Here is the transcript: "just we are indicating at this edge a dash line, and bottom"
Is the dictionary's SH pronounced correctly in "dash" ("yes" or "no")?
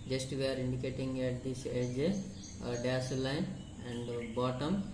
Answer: no